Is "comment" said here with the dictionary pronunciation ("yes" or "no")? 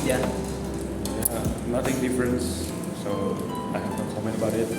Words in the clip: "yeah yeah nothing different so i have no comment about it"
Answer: no